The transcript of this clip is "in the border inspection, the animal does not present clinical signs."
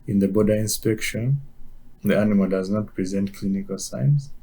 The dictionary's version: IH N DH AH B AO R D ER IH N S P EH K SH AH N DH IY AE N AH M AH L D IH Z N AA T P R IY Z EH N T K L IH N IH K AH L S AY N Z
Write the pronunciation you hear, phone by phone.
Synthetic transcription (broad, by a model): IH N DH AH B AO D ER IH N S P EH K SH AH N DH IY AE N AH M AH L D IH Z N AA T P R IY Z EH N T K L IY N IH K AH L S AY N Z